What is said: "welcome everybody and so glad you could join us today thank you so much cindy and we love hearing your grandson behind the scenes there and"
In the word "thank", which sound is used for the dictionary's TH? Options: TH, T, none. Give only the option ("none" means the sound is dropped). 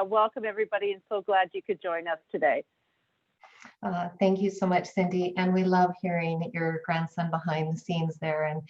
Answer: TH